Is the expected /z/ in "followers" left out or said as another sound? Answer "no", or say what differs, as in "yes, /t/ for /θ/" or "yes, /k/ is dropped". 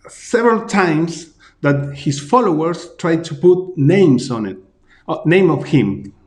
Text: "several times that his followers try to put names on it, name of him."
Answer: yes, /s/ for /z/